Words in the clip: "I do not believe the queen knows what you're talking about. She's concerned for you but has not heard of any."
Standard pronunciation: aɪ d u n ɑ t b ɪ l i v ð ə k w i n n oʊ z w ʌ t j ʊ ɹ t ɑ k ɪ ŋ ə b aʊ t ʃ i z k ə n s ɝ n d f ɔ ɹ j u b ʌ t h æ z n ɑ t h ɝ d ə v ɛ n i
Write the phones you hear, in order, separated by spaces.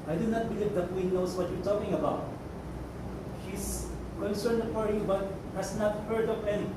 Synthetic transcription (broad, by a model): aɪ d u n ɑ t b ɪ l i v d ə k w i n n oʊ s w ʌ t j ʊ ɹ t ɑ k ɪ ŋ ə b aʊ t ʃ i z k ə n s ɝ n d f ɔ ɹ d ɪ b ʌ t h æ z n ɑ t h ɝ d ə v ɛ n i